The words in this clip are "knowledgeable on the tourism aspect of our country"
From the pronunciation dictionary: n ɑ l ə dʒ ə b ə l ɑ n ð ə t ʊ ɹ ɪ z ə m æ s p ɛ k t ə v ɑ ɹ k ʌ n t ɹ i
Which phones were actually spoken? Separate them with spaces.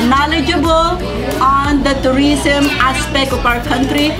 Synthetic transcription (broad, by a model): n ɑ l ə dʒ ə b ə l ɑ n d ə t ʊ ɹ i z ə m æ s p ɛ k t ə p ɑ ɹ k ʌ n t ɹ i